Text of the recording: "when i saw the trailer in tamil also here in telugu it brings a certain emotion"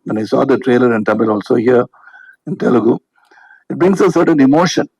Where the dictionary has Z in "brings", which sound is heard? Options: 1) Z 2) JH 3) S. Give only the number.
3